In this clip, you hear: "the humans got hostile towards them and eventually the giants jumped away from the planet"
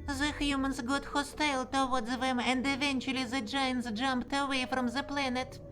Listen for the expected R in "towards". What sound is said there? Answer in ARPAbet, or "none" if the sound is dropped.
W